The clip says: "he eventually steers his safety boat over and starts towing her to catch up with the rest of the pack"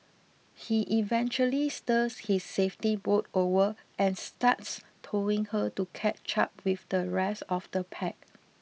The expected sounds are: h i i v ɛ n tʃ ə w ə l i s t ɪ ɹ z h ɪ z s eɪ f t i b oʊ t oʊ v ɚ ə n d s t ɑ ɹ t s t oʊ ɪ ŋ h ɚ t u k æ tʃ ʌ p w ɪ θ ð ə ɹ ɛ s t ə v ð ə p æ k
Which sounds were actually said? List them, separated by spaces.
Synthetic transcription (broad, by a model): h i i v ɛ n tʃ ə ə l i s t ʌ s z h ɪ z s eɪ f t i b oʊ t oʊ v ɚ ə n s t ɑ t s t oʊ ɪ ŋ h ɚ t u k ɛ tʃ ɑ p w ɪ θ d ə ɹ ɛ s ə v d ə p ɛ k